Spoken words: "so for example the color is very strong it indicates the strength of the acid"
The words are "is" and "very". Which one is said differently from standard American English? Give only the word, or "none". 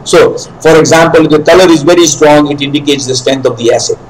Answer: none